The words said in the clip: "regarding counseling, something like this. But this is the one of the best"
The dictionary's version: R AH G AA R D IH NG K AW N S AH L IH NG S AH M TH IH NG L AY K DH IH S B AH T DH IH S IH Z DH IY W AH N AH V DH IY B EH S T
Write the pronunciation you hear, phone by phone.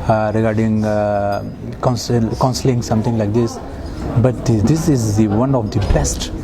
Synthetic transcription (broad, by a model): R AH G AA R D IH NG K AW N S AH L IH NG S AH M T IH NG L AY K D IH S B AH T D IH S IH Z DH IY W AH N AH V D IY B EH S T